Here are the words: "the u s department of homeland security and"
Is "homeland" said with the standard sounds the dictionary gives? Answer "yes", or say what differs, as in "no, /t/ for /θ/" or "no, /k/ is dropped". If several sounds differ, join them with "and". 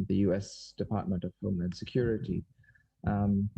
no, /l/ is dropped